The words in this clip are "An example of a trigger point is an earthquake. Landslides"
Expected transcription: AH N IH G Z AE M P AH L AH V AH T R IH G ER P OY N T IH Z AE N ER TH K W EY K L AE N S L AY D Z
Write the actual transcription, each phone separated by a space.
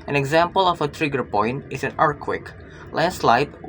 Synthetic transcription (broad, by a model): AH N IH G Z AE M P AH L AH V AH T R IH G ER P OY N T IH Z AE N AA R K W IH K L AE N S L AY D